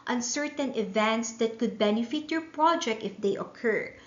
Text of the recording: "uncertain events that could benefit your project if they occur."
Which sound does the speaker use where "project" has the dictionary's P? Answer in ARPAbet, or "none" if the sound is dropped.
P